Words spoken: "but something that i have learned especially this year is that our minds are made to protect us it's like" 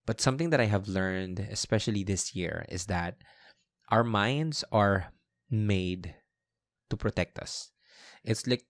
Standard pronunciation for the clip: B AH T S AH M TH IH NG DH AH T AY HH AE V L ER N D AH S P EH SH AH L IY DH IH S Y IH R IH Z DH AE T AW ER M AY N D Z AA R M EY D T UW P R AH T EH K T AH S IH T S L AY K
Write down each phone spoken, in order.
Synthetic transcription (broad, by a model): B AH T S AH M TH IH NG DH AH T AY HH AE V L ER N D AH S P EH SH AH L IY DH IH S Y IH R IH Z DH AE T AW ER M AY N D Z AA R M EY D T UW P R AH T EH K T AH S IH T S L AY K